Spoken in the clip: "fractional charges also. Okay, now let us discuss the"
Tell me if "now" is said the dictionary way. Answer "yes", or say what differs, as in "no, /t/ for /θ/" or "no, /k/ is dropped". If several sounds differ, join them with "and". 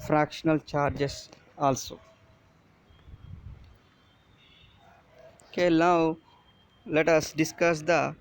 no, /l/ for /n/